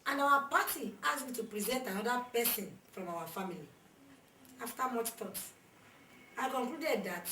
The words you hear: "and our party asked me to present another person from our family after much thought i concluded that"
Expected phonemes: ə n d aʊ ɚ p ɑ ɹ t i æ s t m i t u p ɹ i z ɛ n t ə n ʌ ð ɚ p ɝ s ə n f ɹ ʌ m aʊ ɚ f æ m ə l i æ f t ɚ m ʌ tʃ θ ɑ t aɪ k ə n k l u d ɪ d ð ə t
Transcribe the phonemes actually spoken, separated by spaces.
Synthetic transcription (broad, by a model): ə n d aʊ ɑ p ɑ t i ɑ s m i t u p ɹ i z ɛ n t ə n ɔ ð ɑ p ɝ s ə n f ɹ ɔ m aʊ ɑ f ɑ m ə l i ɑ f t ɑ m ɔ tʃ t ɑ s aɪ k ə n k l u d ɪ d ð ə t